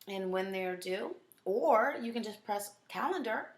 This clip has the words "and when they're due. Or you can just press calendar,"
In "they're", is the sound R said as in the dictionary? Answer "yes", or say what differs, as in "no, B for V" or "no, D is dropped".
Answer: yes